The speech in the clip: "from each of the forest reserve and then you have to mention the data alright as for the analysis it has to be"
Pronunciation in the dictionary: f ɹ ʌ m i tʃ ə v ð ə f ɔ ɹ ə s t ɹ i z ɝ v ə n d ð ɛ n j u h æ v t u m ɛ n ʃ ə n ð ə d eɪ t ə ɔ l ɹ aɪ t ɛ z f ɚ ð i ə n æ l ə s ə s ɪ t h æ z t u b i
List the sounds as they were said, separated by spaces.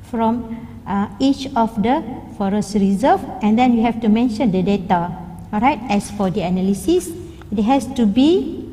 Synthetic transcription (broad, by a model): f ɹ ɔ m i tʃ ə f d ə f ɔ ɹ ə s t ɹ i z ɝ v ə n d ɛ n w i h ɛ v t u m ɛ n ʃ ə n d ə d eɪ t ə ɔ ɹ aɪ t ɛ s f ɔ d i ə n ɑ l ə s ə s ɪ t h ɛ s t u b i